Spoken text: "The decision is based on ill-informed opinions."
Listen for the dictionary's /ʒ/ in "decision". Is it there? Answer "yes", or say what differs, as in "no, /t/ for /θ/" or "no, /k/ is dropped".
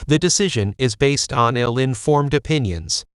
yes